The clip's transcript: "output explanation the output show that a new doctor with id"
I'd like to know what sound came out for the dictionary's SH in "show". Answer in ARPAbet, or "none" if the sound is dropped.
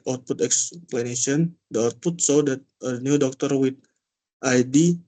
S